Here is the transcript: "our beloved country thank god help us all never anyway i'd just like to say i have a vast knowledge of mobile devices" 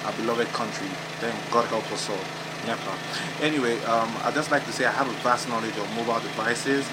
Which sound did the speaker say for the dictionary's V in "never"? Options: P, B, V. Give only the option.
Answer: P